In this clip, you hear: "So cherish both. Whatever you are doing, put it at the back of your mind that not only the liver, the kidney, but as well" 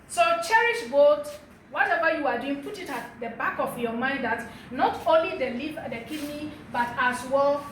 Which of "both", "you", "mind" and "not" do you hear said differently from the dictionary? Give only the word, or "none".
both